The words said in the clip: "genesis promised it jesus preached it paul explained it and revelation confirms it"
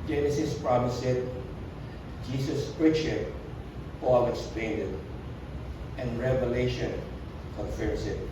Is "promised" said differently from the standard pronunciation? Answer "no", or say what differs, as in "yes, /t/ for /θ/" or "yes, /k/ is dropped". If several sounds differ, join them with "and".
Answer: yes, /t/ is dropped